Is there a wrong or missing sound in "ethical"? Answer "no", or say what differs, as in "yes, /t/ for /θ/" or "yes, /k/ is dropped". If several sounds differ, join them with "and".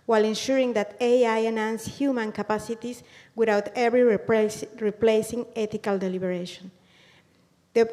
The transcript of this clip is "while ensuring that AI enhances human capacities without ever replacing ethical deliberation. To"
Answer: yes, /t/ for /θ/